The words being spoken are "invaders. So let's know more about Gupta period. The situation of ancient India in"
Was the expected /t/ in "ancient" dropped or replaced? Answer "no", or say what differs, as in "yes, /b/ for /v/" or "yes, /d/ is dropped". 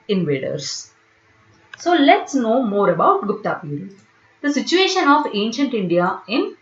no